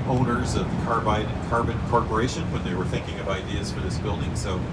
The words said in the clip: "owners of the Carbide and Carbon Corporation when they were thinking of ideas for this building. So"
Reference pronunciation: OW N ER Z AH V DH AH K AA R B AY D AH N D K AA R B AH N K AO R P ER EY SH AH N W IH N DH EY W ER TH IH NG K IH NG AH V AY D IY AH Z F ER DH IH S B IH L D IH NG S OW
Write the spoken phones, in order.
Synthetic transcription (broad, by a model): OW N ER Z AH V DH AH K AA R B AY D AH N K AA R B AH N K AO R P ER EY SH AH N W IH N DH EY W ER TH IH NG K IH NG AH V AY D IY AH Z F ER DH IH S B IH L D IH NG S OW